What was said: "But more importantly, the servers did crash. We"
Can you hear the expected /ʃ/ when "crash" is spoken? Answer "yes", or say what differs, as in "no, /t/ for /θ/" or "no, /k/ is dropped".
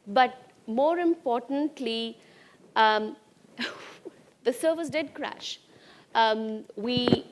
yes